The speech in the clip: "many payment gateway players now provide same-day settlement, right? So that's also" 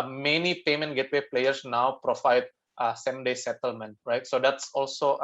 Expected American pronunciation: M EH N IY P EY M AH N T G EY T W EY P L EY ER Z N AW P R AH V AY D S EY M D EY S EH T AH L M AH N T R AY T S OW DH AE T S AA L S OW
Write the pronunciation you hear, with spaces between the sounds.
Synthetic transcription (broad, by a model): M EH N IY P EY M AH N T G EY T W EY P L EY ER S N AW P R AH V AY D S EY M D EY S EH T AH L M AH N T R AY T S OW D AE T S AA L S OW